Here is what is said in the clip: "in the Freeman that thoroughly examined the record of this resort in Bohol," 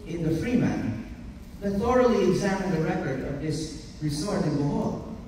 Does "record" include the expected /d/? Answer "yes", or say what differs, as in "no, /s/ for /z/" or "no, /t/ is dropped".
yes